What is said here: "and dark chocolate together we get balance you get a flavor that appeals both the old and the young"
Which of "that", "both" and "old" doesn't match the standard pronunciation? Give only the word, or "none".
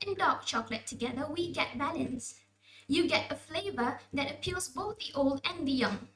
none